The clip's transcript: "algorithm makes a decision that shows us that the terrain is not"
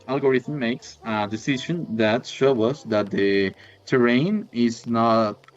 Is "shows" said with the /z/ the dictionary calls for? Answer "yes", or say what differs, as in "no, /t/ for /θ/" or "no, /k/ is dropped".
no, /z/ is dropped